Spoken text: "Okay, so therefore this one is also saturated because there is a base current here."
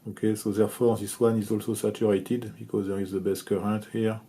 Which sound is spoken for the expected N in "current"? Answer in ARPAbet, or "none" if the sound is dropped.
none